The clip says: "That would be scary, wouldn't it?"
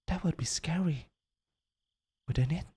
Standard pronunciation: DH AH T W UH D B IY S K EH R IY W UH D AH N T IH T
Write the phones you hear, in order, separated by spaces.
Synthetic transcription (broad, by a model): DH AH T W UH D B IY S K EH R IY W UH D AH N IH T